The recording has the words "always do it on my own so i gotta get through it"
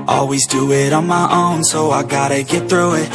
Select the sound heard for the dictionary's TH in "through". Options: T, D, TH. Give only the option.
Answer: TH